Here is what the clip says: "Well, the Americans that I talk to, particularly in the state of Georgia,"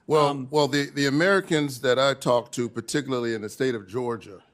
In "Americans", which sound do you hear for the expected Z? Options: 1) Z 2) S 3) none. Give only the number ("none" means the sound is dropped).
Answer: 1